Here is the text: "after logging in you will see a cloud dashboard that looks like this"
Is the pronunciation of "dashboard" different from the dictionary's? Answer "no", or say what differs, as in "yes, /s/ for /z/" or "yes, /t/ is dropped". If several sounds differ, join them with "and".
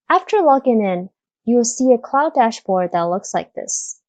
no